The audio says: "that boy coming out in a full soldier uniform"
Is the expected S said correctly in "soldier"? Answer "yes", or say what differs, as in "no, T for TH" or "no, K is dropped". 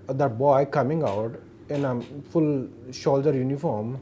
no, SH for S